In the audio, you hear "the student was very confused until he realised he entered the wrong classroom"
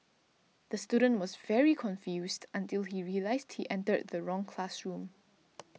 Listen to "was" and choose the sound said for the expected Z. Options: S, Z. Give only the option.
Z